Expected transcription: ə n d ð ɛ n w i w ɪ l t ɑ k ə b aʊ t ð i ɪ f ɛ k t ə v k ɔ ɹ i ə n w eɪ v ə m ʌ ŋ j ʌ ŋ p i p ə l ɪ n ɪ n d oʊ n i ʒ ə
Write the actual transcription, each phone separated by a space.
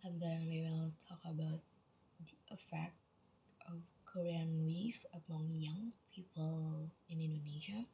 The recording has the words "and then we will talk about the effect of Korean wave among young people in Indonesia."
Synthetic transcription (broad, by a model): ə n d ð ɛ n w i w ɪ l t ɑ k ə b aʊ t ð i ɪ f ɛ k t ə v k ɔ ɹ i ə n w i f ə m ʌ ŋ j ʌ ŋ p i p ə l ɪ n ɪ n d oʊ n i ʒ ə